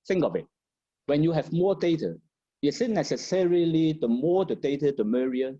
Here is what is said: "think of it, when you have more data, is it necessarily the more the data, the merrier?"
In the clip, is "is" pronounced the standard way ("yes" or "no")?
no